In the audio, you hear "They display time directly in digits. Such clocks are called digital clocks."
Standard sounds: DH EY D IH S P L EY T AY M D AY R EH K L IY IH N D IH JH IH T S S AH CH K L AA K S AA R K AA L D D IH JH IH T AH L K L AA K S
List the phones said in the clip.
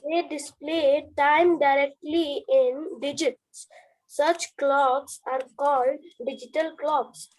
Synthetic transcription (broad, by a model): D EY D IH S P L EY T AY M D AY R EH K L IY IH N D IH JH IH T S S AH CH K L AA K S AA R K AA L D D IH JH IH T AH L K L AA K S